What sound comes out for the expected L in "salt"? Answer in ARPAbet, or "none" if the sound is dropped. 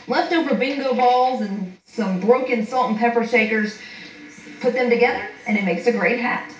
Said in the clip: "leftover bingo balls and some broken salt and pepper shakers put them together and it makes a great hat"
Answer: L